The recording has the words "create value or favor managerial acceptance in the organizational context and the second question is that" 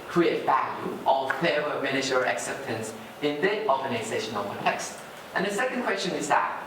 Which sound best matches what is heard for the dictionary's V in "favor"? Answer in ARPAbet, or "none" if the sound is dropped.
none